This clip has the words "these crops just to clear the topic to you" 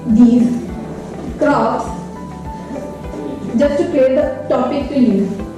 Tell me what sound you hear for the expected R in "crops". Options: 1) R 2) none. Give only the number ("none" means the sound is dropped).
2